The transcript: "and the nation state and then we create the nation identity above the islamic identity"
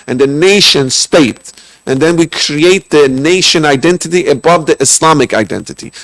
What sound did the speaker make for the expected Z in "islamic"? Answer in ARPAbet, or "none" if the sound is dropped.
S